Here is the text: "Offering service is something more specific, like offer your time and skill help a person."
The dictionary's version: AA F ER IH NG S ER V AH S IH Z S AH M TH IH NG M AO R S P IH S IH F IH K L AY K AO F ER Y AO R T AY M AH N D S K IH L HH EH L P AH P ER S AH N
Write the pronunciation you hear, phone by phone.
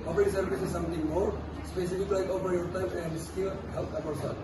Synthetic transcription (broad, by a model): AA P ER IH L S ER B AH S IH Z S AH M T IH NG M AO R S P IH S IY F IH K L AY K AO P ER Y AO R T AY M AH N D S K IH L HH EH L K AH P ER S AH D